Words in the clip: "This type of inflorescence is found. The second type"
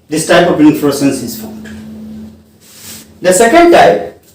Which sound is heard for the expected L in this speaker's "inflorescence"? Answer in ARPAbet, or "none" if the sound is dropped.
none